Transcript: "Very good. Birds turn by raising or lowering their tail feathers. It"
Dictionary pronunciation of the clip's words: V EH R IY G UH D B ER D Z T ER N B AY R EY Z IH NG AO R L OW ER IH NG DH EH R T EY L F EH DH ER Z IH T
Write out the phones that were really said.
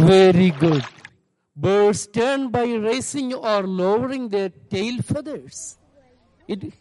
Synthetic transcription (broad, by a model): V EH R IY G UH D B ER D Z T ER N B AY R EY S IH NG AO R L OW ER IH NG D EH R T EY L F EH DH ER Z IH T